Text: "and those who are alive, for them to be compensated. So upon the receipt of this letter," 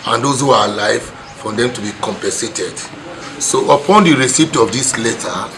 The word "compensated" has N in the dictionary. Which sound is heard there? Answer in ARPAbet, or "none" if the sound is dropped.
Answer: N